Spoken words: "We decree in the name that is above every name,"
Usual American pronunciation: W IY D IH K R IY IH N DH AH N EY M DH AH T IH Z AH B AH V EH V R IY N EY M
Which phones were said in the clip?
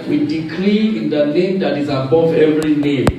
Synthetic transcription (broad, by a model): W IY D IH K L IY IH N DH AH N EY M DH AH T IH Z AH B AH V EH V R IY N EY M